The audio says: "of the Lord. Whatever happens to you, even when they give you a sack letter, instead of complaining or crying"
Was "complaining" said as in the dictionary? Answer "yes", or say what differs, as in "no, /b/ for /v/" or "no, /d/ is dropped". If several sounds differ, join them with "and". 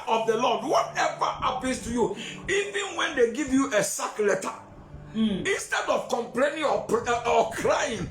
yes